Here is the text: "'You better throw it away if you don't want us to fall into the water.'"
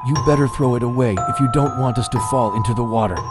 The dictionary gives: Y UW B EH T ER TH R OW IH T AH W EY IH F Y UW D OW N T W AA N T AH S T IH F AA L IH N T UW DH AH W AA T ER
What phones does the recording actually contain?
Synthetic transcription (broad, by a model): Y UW B EH T ER TH R OW IH T AH W EY IH F Y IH D OW N T W AA N T AH S T IH F AA L IH N T UW DH AH W AA T ER